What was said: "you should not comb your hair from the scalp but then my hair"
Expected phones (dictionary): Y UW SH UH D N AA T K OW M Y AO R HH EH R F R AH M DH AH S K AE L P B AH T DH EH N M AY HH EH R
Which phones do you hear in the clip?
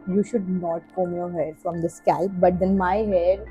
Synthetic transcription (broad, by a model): Y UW SH UH D N AA T K OW M Y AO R HH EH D F R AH M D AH S K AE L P B AH T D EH N M AY HH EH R